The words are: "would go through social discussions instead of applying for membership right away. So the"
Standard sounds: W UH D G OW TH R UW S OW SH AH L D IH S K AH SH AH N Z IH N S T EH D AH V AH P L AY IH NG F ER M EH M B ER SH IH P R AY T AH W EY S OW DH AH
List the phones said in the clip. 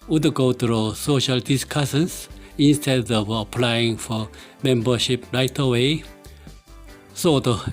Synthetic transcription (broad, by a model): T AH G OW T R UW S OW SH AH L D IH S K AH S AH N S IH N S T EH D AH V AH P L AY IH NG F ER M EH M B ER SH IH P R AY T AH W EY S OW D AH